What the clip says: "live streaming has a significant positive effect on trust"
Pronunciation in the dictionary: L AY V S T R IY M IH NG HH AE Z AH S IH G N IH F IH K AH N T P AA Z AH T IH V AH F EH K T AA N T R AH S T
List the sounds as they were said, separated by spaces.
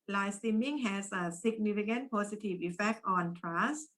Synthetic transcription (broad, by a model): L AY S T IY M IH NG HH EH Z AH S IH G N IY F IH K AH N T P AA S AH T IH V AH F EH K T AA N T R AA S